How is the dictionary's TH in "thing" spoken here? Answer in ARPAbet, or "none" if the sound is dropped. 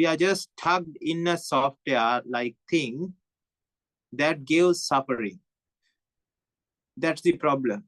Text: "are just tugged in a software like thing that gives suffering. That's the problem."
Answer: T